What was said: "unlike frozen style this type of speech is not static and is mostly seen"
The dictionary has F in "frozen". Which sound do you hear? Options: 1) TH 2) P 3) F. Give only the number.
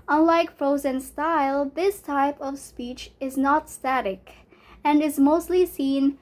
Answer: 3